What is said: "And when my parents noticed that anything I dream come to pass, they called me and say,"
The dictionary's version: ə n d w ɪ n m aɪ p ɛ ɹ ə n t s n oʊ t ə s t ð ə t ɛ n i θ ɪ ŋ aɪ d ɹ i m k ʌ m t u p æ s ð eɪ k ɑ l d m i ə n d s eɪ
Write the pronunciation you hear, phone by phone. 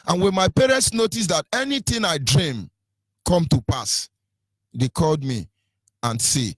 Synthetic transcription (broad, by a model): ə n w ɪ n m aɪ p ɛ ɹ ə n t s n oʊ t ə s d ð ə t ɛ n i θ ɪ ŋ aɪ d ɹ i m k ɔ m t u p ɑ s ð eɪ k ɑ l d m i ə n s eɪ